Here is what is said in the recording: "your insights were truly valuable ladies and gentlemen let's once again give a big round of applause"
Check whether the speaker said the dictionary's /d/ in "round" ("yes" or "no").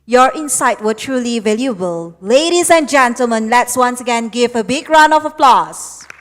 no